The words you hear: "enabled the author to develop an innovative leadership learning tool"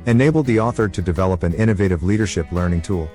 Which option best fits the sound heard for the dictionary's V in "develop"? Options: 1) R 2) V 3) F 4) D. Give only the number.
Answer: 2